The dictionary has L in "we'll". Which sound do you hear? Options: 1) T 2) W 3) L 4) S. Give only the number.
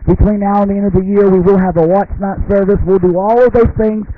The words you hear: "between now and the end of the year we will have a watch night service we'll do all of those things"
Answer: 3